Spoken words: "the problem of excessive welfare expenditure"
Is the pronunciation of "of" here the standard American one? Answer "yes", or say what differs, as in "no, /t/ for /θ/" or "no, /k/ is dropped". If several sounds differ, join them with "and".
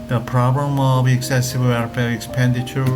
no, /b/ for /v/